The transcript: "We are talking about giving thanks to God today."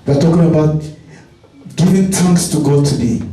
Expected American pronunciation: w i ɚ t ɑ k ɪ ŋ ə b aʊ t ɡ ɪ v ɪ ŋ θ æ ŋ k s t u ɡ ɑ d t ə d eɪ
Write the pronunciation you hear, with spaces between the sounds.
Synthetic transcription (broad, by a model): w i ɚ t ɑ k ɪ ŋ ə b aʊ t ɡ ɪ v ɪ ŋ t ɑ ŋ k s t u ɡ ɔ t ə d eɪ